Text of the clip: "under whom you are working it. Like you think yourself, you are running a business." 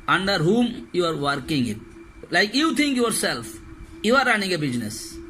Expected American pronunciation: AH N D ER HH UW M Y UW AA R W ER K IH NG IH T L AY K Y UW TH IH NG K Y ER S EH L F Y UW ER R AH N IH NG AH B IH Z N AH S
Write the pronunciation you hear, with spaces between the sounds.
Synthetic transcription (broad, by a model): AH N D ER HH UW M Y UW AA R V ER K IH NG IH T L AY K Y UW T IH NG K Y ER S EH L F Y UW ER R AH N IH NG AH B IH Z N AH S